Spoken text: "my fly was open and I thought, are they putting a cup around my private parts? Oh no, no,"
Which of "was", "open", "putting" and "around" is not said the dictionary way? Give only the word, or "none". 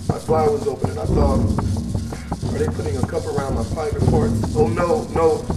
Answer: none